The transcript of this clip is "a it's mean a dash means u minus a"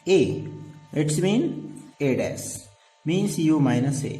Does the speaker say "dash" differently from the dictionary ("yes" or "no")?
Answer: yes